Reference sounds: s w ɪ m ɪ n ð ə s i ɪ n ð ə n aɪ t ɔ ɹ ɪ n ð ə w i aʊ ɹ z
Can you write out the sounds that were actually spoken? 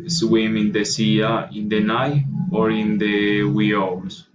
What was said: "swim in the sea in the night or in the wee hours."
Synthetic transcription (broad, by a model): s w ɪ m ɪ n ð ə s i ɪ n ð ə n aɪ ɔ ɹ ɪ n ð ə w i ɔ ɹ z